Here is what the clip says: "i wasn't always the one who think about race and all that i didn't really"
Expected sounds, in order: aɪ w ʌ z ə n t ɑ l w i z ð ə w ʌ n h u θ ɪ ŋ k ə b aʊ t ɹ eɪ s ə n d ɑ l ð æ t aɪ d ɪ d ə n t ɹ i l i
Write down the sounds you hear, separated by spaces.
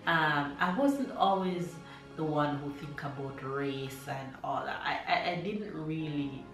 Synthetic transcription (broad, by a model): aɪ w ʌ z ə n t ɑ l w i z ð ə w ʌ n h u θ ɪ ŋ k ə b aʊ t ɹ eɪ s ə n ɑ l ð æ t aɪ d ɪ d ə n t ɹ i l i